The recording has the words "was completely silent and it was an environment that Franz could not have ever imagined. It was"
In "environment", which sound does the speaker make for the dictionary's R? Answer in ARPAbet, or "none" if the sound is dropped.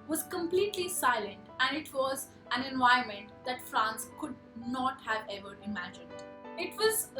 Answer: none